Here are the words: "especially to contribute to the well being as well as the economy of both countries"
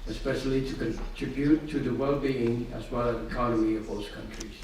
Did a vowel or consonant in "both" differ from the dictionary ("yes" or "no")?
yes